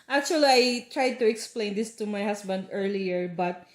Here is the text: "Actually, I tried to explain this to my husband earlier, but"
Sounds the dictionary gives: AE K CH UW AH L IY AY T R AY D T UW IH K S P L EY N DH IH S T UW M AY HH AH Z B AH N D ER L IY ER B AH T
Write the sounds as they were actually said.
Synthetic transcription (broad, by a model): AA K CH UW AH L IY AY T R AY D T UW IH K S P L EY N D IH S T UW M AY HH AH S B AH N D ER L IY ER B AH T